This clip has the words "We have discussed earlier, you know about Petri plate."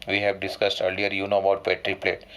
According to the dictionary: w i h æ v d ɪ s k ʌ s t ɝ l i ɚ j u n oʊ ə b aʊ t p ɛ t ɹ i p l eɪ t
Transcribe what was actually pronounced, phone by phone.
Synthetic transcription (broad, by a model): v i h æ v d ɪ s k ʌ s t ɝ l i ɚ j u n oʊ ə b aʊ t p ɛ t ɹ i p l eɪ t